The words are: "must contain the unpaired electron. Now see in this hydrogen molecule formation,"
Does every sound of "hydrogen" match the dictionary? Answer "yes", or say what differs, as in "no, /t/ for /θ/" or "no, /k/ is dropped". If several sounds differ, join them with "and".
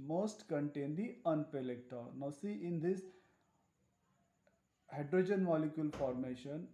yes